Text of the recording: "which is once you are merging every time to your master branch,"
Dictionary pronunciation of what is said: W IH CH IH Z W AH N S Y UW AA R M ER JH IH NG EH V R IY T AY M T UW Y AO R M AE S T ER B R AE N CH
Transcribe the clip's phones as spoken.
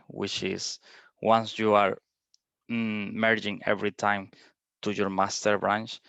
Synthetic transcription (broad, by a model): W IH CH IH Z W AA N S Y UW AA R M ER JH IH NG EH V R IY T AY M T UW Y AO R M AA S T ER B R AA N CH